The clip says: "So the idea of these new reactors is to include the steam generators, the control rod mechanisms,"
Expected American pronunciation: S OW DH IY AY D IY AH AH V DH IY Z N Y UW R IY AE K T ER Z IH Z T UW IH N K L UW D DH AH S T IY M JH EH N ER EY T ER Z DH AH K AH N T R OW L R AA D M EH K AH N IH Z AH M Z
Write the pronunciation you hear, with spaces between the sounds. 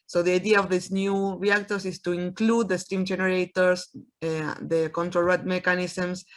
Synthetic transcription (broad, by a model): S OW DH IY AY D IY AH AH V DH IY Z N Y UW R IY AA K T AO S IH S T UW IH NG K L UW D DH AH S T IY M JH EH N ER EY T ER S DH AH K AH N T R OW L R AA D M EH K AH N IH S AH M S